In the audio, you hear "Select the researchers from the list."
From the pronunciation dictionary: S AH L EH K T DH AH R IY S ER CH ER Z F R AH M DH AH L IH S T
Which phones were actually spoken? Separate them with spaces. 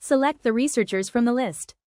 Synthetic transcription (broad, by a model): S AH L EH K T DH AH R IY S ER CH ER Z F R AH M DH AH L IH S T